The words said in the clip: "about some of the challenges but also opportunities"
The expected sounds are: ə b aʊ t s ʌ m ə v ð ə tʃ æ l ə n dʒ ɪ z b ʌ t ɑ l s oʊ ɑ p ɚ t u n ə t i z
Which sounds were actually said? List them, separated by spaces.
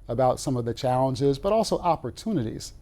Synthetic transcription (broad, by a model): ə b aʊ t s ʌ m ə v ð ə tʃ æ l ə n dʒ ɪ z b ʌ t ɑ l s oʊ ɑ p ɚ t u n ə t i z